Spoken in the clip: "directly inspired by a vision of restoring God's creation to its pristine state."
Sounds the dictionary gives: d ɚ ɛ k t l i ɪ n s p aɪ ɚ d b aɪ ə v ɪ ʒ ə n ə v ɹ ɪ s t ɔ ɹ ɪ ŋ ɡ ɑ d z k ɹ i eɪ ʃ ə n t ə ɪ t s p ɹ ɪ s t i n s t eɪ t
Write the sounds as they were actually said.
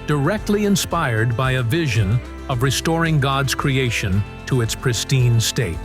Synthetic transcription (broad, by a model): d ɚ ɛ k t l i ɪ n s p aɪ ɚ d b aɪ ə v ɪ ʒ ə n ə v ɹ ɪ s t ɔ ɹ ɪ ŋ ɡ ɑ d z k ɹ i eɪ ʃ ə n t ə ɪ t s p ɹ ɪ s t i n s t eɪ t